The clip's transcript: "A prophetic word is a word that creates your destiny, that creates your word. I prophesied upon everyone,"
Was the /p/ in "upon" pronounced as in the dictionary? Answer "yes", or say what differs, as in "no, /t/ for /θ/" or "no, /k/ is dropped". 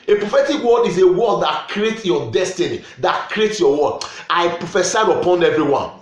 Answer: yes